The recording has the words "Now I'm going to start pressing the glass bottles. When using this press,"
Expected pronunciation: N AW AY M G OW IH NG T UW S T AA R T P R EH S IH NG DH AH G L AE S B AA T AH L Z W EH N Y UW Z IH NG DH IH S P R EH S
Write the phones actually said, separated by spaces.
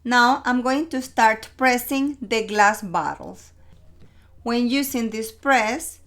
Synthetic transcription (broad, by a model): N AW AY M G OW IH NG T UW S T AA R T P R EH S IH NG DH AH G L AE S B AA T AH L S W EH N Y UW S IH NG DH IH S P R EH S